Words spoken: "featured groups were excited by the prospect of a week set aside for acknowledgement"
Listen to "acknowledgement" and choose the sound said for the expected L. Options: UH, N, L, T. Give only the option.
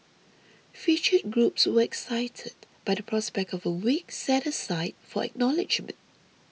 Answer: L